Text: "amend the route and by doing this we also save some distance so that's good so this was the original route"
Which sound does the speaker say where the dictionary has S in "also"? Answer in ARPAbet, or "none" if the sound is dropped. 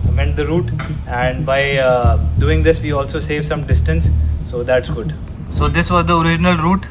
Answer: S